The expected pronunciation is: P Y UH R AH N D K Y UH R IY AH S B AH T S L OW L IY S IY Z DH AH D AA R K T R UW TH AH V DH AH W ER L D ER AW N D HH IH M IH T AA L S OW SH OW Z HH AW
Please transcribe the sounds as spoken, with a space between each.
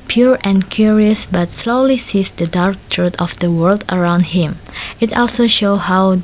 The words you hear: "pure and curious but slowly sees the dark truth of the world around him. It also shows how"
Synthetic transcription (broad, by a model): P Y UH R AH N K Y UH R IY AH S B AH T S L OW L IY S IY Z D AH D AA R K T R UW T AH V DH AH W ER L D ER AW N D HH IH M IH T AA L S OW SH OW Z HH AW